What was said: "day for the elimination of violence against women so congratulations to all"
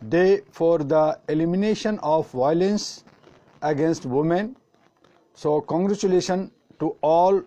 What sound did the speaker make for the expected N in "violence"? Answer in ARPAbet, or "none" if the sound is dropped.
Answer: N